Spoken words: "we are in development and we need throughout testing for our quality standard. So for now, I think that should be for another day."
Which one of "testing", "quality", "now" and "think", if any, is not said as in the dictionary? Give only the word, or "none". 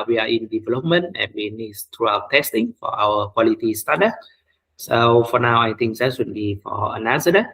think